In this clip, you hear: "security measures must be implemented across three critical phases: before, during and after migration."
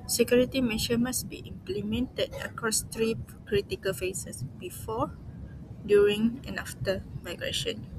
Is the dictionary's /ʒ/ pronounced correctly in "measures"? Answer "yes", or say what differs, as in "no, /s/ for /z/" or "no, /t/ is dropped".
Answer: no, /ʃ/ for /ʒ/